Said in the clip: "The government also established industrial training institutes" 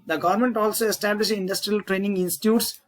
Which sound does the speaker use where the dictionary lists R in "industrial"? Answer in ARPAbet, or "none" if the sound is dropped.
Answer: R